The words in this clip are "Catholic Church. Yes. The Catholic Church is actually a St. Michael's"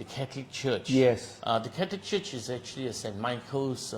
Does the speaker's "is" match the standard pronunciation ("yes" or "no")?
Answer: yes